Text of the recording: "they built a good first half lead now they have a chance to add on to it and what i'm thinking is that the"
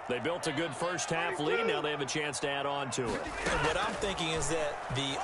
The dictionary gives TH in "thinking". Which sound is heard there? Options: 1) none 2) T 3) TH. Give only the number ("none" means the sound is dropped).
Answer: 3